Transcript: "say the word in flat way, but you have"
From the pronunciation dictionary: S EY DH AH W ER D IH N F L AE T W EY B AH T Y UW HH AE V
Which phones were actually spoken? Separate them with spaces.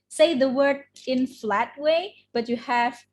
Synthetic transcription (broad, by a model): S EY DH AH W ER D IH N F L AE T W EY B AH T Y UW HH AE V